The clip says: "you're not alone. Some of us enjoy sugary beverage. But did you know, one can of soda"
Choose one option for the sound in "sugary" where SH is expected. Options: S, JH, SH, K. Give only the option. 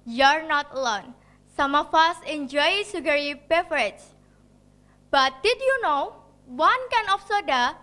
S